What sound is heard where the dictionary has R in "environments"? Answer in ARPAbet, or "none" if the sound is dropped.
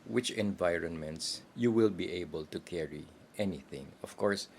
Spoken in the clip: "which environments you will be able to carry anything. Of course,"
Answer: R